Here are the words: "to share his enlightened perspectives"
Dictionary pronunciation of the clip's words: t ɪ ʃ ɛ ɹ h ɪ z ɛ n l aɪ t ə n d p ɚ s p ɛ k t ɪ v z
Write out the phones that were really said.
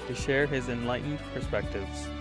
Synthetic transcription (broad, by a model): t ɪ ʃ ɛ ɹ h ɪ z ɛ n l aɪ t n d p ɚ s p ɛ k t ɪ v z